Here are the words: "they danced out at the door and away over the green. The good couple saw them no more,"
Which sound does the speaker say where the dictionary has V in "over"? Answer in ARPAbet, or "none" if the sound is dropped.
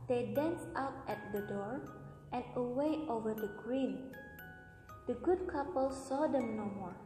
V